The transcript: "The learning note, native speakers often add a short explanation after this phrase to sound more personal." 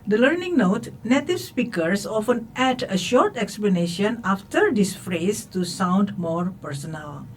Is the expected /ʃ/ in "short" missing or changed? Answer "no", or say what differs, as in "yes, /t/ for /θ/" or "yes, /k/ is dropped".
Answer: no